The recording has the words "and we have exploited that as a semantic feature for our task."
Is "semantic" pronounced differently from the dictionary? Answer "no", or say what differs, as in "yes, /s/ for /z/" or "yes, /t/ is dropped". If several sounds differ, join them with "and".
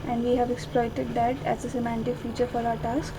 no